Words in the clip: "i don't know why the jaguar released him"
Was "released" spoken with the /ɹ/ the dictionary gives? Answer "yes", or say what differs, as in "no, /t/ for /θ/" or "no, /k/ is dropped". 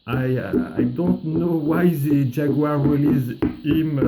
no, /w/ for /ɹ/